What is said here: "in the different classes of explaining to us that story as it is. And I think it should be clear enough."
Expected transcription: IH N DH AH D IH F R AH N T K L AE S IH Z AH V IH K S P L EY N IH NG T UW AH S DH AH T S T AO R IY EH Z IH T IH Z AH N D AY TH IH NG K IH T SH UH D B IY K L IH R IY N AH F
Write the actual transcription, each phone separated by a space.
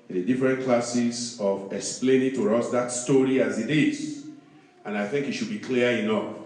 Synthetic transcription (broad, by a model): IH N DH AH D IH F R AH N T K L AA S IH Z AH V IH K S P L EY N IH NG T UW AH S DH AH T S T AO R IY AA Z IH T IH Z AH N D AY TH IH NG K IH T SH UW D B IY K L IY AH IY N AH F